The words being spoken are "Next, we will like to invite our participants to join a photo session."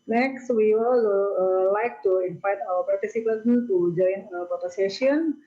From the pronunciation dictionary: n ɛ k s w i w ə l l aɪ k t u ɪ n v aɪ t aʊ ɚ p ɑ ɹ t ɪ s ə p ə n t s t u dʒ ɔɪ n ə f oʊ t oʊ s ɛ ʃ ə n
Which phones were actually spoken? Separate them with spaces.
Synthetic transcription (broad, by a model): n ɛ k s w i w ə l l aɪ k t u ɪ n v aɪ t aʊ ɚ p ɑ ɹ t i s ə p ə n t t u dʒ ɔɪ n ə p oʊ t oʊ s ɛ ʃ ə n